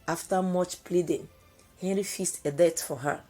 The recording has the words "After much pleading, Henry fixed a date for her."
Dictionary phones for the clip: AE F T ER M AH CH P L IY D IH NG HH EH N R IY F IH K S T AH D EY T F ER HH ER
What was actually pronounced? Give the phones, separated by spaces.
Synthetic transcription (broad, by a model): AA F T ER M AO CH P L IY D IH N HH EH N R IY F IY S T AH D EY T F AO HH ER